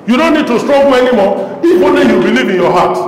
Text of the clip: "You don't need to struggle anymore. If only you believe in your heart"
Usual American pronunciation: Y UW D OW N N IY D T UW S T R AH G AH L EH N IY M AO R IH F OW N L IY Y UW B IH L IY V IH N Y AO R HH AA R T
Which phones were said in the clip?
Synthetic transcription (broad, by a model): Y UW D OW N N IY D T UW S T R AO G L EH N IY M AO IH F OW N IY Y UW B IH L IY V IH N Y AO HH AA T